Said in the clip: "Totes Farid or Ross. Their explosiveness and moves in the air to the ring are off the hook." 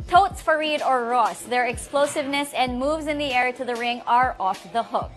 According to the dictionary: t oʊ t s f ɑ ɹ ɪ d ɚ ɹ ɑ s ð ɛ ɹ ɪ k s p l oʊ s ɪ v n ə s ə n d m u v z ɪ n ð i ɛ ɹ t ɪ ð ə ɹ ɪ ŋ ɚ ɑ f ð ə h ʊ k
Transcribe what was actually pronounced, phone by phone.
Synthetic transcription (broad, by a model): t oʊ t s f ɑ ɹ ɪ d ɚ ɹ ɑ s ð ɛ ɹ ɪ k s p l oʊ s ɪ v n ə s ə n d m u v z ɪ n ð i ɛ ɹ t ɪ ð ə ɹ ɪ ŋ ɚ ɑ f ð ə h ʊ k